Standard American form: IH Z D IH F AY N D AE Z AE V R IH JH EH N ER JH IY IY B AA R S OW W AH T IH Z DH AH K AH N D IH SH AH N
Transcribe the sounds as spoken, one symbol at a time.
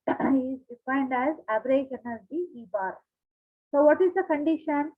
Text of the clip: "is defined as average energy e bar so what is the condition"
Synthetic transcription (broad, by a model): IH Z D IH F AY N D AE Z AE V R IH SH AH N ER Z IY IY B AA R S OW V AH T IH Z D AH K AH N D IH SH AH N